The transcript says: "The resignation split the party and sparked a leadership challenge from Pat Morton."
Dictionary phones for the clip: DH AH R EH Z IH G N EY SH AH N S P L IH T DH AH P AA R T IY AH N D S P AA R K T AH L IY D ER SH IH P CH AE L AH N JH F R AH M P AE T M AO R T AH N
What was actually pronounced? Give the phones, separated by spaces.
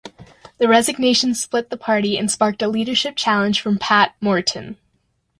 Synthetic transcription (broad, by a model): DH AH R EH Z IH G N EY SH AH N S P L IH T DH AH P AA R T IY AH N S P AA R K T AH L IY D ER SH IH P CH AE L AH N ZH F R AH M P AE T M AO R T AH N